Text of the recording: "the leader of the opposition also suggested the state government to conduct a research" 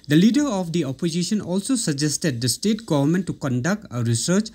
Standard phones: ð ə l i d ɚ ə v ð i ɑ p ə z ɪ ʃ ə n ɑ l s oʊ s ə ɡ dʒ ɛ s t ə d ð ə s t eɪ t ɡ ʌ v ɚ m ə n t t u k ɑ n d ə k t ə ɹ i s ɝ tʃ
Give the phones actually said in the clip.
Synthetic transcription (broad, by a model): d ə l i d ɚ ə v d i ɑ p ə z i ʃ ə n ɑ l s oʊ s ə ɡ dʒ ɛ s t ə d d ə s t eɪ t ɡ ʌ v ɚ m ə n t t u k ɑ n d ə k t ə ɹ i s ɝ tʃ